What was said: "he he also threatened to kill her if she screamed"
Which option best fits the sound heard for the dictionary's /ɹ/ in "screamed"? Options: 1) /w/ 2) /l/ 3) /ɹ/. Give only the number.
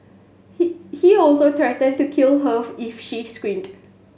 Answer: 1